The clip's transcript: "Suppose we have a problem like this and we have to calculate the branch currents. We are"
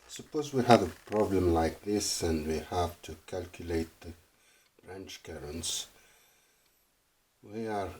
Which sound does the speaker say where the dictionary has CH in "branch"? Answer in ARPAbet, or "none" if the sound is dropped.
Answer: CH